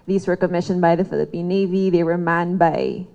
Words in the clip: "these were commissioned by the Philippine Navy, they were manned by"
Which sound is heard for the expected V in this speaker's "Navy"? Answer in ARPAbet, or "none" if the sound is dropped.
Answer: V